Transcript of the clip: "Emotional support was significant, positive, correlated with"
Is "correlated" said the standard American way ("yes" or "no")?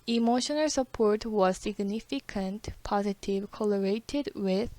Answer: no